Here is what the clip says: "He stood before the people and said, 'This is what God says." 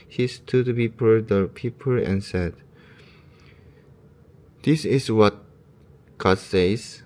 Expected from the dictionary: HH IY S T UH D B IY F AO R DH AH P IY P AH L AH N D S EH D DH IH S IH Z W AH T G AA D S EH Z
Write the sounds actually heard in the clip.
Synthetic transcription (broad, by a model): HH IY S T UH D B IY P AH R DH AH P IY P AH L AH N S EH D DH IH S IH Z W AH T G AA D S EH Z